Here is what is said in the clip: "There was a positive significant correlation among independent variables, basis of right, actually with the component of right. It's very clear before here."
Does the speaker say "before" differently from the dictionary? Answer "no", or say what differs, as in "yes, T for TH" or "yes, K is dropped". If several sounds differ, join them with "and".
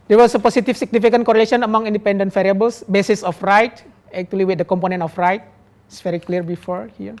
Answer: no